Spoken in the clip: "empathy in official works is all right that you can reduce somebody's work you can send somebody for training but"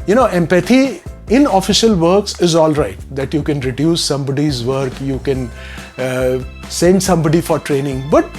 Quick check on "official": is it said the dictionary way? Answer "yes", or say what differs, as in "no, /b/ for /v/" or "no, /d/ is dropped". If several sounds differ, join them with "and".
yes